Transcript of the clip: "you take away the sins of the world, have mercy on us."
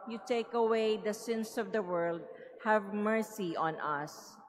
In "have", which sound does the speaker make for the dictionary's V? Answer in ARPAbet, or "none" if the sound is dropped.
V